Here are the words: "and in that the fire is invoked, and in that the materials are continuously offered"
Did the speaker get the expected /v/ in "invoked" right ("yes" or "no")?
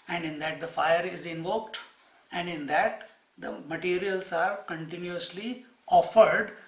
yes